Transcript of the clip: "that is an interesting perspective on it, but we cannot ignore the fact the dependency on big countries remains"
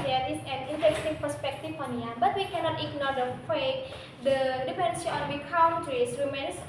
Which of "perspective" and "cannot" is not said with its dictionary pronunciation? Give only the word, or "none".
perspective